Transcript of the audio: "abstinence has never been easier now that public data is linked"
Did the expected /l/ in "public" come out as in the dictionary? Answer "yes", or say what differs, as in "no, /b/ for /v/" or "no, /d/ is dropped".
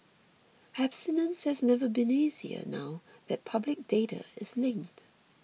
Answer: yes